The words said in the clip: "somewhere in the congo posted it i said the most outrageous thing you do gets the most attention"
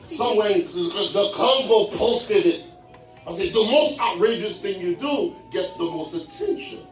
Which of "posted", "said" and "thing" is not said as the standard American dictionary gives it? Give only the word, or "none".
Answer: none